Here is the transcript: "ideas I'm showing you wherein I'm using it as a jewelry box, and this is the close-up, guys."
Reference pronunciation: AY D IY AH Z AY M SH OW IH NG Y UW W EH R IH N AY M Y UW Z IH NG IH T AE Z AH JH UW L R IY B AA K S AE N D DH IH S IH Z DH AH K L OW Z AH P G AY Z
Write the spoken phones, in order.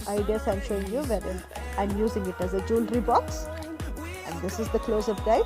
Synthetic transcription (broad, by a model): AY D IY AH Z AY M SH OW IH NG Y UW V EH R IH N AY M Y UW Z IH NG IH T AE Z AH JH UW L R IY B AA K S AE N D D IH S IH Z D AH K L OW Z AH F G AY